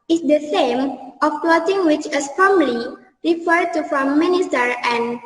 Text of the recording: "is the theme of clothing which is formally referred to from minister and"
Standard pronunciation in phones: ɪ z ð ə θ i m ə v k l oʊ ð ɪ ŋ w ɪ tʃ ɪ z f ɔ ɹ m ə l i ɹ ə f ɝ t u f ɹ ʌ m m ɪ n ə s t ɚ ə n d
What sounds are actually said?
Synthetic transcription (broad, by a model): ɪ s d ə s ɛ m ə f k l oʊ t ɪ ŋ w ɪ tʃ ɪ s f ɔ m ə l i ɹ ə f ɝ t u f ɹ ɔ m m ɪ n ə s t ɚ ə n